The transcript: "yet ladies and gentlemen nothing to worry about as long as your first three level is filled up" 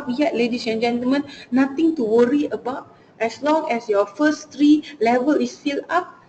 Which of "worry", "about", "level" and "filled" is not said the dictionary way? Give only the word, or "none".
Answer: filled